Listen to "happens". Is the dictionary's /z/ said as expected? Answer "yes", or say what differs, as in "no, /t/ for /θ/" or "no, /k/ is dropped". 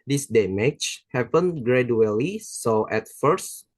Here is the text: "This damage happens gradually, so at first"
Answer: no, /z/ is dropped